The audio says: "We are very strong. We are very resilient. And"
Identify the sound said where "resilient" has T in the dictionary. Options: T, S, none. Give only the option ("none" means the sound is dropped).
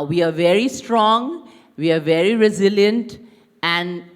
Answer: T